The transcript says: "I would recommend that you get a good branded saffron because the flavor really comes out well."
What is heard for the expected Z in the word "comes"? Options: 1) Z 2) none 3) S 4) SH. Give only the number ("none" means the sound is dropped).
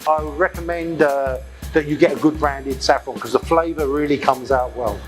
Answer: 1